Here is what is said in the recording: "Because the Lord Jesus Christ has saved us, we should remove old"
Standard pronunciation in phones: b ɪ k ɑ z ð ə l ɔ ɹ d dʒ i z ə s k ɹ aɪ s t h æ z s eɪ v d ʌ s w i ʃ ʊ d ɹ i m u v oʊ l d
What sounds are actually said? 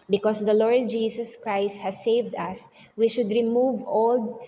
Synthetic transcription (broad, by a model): b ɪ k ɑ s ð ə l ɔ ɹ d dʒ i s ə s k ɹ aɪ s t h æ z s eɪ v d ʌ s w i ʃ ʊ d ɹ i m u v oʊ l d